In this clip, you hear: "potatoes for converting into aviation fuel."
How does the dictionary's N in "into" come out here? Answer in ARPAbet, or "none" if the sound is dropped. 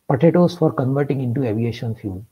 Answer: N